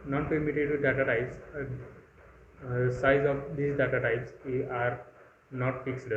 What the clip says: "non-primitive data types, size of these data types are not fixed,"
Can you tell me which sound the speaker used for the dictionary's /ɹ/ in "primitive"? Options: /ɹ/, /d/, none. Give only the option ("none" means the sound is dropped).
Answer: none